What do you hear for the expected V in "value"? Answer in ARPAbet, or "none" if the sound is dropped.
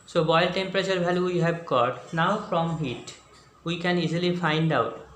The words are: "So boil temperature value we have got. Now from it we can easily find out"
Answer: B